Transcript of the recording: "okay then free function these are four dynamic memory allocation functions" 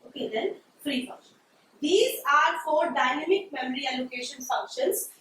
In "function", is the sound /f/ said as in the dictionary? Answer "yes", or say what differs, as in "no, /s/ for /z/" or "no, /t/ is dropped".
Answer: no, /p/ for /f/